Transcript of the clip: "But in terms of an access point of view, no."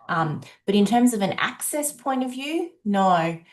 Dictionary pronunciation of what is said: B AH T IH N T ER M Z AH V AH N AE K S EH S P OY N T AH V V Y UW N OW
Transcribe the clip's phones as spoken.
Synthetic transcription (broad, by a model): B AH T IH N T ER M Z AH V AH N AE K S EH S P OY N T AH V V Y UW N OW